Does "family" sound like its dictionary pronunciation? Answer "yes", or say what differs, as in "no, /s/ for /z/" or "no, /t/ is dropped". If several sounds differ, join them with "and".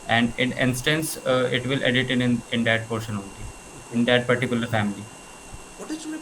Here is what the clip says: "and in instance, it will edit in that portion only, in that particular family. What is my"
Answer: no, /l/ is dropped